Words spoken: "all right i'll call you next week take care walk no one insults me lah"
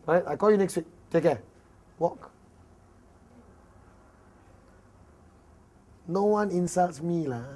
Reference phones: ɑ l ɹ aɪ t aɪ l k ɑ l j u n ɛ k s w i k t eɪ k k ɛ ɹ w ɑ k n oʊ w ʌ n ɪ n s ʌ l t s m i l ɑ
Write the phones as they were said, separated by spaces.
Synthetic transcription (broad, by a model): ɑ ɹ aɪ t aɪ k ɑ l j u n ɛ k s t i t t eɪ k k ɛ w ɑ k n oʊ w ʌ n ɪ n s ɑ l t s m i l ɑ